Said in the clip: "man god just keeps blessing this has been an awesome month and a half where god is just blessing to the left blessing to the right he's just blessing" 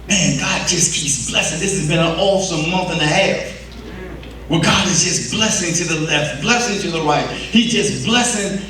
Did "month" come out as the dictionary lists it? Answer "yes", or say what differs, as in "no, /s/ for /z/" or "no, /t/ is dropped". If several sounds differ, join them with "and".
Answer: yes